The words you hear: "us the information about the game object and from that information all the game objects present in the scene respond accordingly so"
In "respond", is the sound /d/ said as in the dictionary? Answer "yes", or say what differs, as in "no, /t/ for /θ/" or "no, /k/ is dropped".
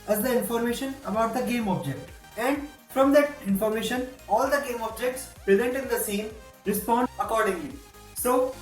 no, /d/ is dropped